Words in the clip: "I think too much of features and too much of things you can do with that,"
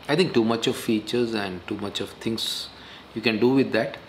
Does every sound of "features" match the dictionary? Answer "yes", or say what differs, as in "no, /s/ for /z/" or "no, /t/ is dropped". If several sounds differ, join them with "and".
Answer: yes